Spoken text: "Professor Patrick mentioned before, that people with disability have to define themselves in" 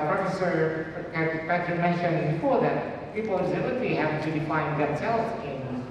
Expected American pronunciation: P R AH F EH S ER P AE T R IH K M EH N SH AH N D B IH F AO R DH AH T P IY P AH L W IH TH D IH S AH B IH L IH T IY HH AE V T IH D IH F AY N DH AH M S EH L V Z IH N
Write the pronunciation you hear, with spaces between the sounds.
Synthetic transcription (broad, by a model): P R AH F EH S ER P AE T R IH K M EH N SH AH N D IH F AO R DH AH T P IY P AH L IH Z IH AH IY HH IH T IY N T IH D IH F AY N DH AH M S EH L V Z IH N